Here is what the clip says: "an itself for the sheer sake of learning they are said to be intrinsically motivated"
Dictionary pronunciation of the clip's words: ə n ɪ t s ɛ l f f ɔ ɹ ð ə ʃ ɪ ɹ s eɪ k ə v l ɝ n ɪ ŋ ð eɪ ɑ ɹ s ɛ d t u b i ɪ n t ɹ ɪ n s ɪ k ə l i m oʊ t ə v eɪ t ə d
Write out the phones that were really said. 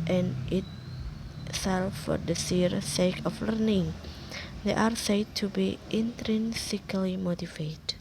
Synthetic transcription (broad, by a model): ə n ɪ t s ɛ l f f ɔ ɹ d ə s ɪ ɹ s eɪ k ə f l ɝ n ɪ ŋ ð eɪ ɑ ɹ s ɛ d t u b i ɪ n t ɹ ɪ n s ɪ k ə l i m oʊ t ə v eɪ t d